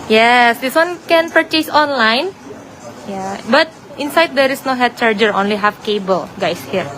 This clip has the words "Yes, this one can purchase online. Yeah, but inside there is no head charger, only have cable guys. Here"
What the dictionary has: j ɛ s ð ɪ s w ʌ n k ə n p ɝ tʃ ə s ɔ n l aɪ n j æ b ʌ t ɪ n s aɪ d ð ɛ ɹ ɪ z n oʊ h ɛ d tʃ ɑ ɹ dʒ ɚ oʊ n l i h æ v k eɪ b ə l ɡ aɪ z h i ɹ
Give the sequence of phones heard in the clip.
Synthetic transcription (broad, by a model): j ɛ s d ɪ s w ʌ n k ə n p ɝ tʃ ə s ɔ n l aɪ n j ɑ b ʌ t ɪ n s aɪ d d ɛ ɹ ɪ s n oʊ h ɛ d tʃ ɑ ɹ dʒ ɚ oʊ n l i h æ f k eɪ b ə l ɡ aɪ s h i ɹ